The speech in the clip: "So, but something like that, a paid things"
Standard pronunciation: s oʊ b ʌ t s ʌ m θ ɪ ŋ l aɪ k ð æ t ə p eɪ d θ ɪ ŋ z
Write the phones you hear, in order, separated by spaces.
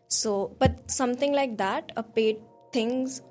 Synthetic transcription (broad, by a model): s oʊ b ʌ t s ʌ m t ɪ ŋ l aɪ k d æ t ə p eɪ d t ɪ ŋ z